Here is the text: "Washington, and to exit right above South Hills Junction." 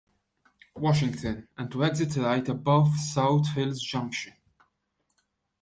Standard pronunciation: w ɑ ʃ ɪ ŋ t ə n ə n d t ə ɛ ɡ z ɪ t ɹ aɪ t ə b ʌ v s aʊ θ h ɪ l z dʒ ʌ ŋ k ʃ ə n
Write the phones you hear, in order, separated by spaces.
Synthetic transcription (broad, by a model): w ɑ ʃ ɪ ŋ t ə n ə n t ə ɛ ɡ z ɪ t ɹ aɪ t ə b ʌ v s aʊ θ h ɪ l z dʒ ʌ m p ʃ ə n